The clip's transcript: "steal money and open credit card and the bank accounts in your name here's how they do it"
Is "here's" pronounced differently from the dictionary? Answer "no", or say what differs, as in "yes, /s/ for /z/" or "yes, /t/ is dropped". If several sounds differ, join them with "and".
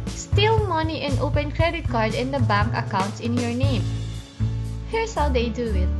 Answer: yes, /s/ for /z/